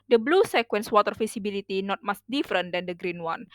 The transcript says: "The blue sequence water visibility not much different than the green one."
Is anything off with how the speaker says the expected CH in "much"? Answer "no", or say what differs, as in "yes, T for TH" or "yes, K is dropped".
yes, S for CH